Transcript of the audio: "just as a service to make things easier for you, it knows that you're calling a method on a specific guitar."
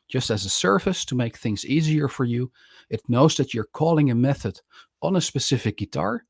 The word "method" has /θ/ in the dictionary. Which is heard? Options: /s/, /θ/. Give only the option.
/θ/